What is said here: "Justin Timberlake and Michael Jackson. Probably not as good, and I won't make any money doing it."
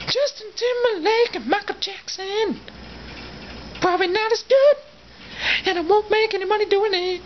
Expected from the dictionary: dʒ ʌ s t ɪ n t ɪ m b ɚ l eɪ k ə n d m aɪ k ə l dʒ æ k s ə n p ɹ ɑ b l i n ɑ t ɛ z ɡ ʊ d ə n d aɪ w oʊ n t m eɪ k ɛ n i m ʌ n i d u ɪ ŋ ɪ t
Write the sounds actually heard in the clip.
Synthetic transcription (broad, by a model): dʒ ʌ s t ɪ n t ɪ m ɚ l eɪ k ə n m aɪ k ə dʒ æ k s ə n p ɹ ɑ b l i n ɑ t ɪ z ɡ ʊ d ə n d aɪ w oʊ n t m eɪ k ɛ n i m ʌ n i d u ɪ ŋ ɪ t